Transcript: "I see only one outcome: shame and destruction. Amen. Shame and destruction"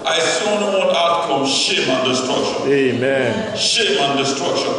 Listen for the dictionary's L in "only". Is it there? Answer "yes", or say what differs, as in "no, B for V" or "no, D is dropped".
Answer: no, L is dropped